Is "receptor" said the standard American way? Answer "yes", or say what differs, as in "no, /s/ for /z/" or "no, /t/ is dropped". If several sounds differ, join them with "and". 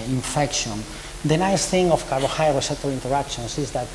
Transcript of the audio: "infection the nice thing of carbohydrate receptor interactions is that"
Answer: no, /p/ is dropped